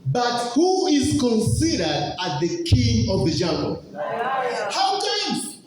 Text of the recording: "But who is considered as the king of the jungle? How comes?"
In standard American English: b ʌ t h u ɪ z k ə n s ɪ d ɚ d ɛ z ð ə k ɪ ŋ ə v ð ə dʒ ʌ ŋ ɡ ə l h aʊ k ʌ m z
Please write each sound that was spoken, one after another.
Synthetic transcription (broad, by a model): b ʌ t h u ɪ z k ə n s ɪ d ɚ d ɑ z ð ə k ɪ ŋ ə v ð ə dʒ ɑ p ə n h aʊ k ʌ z